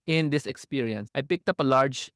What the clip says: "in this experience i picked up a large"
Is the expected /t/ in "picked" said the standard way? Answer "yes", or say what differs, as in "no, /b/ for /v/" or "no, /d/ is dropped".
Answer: yes